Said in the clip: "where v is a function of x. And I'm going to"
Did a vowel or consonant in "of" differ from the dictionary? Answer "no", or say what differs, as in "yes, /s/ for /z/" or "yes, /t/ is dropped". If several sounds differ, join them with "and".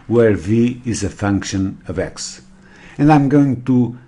no